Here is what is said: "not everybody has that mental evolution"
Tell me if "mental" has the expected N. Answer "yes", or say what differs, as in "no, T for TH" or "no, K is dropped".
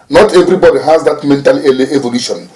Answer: yes